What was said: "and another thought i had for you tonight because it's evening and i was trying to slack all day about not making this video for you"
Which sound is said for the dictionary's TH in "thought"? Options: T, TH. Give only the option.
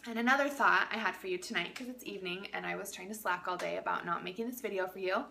TH